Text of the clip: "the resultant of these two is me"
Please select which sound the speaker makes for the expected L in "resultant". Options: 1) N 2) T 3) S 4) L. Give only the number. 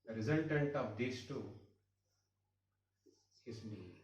1